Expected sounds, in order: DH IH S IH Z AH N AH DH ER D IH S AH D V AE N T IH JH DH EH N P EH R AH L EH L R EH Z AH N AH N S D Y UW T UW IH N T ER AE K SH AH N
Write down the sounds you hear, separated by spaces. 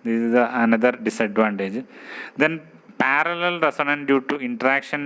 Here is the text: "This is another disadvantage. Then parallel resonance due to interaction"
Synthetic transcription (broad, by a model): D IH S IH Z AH N AH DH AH D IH S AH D V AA N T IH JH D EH N P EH R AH L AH L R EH S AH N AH N D Y UW T UW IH N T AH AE K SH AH N